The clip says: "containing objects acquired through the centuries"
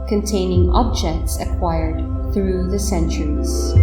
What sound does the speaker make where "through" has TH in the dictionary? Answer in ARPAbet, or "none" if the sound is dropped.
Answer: TH